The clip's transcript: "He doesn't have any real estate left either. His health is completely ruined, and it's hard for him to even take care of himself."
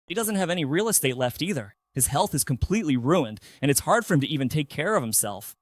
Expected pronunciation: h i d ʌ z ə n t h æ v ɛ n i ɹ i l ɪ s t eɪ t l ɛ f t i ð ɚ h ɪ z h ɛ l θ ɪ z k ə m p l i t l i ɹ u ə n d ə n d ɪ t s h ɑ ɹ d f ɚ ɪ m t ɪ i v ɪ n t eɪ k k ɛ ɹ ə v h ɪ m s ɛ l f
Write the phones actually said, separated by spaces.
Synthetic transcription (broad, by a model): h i d ʌ z ə n t h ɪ v ɛ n i ɹ i l ɪ s t eɪ t l ɛ f t i ð ɚ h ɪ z h ɛ l θ ɪ z k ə m p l i t l i ɹ u ə n d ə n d ɪ t s h ɑ ɹ d f ɚ ɪ m t ɪ i v ɪ n t eɪ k k ɛ ɹ ə v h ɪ m s ɛ l f